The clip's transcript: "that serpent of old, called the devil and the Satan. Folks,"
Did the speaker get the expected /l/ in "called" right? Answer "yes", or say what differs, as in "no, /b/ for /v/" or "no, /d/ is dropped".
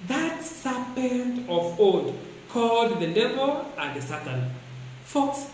yes